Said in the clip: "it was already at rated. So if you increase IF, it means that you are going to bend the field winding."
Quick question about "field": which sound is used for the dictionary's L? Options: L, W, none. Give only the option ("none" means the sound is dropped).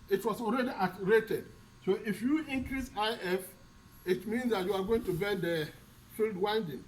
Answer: L